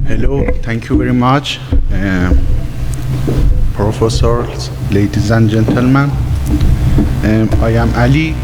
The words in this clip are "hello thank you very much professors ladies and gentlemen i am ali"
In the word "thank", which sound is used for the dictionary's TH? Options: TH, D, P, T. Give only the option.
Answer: T